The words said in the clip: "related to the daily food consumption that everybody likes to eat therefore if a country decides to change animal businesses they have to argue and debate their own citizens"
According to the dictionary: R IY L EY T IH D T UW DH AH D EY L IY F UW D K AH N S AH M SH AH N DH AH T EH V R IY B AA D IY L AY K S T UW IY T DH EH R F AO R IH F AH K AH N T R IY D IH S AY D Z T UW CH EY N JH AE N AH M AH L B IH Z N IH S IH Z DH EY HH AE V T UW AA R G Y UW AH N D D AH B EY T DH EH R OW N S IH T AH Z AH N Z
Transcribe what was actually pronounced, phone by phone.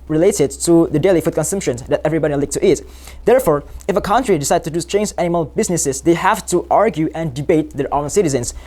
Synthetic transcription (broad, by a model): R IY L EY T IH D T UW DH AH D EY L IY F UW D K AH N S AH M SH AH N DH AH T EH V R IY B AA D IY L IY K T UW IY T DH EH R F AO R IH F AH K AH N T R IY D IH S AY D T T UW CH EY N JH AE N AH M AH L B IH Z N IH S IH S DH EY HH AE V T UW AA R G Y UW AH N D D AH B EY T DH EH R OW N S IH T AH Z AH N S